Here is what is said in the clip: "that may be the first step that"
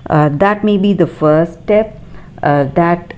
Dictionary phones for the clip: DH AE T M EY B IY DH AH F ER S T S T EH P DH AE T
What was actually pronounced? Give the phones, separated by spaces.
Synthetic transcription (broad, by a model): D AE T M EY B IY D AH F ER T S T EH P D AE T